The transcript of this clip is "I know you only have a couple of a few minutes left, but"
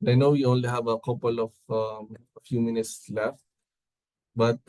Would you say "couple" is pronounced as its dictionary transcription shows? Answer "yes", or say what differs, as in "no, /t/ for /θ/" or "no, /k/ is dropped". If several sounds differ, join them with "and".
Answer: yes